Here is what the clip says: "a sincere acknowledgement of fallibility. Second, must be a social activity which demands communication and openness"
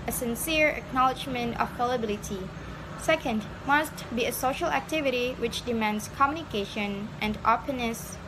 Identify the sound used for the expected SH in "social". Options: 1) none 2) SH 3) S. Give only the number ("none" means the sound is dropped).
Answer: 2